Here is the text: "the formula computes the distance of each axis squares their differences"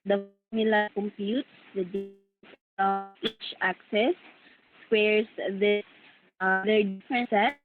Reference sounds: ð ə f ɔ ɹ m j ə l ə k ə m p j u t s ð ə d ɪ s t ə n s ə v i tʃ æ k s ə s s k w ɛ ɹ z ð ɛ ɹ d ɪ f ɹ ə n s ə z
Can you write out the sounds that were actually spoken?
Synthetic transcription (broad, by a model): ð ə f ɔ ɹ m j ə l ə k ə m p j u t s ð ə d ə s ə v i tʃ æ k s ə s s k w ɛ ɹ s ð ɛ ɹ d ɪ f ɹ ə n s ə